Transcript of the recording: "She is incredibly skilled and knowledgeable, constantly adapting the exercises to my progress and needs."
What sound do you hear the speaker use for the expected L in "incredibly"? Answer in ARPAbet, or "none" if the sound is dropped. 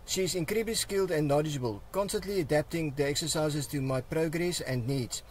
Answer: none